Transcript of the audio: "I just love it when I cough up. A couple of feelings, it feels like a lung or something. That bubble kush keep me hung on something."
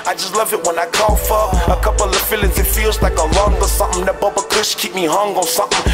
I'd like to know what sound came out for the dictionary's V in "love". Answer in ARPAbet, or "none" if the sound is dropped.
V